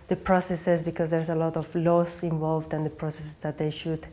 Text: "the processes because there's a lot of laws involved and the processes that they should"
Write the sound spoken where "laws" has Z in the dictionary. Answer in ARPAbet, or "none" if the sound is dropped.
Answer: S